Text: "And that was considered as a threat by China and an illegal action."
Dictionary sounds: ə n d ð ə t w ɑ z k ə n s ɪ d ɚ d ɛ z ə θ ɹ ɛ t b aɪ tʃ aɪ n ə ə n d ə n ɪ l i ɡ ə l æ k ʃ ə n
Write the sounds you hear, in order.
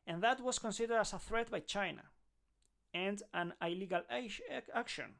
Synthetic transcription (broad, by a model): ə n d ð ə t w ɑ s k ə n s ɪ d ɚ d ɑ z ə θ ɹ ɛ t b aɪ tʃ aɪ n ə ə n d ə n ɪ l i ɡ ə l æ k ʃ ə n